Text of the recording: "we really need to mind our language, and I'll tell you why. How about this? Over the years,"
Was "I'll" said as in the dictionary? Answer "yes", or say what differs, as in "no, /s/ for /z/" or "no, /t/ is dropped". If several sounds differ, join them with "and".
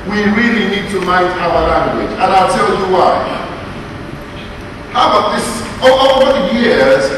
yes